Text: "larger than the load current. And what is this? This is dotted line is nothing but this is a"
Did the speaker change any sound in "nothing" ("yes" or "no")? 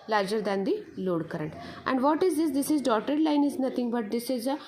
yes